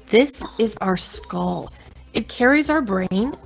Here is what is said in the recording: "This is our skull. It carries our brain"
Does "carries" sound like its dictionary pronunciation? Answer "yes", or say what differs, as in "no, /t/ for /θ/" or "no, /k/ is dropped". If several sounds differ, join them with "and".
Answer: yes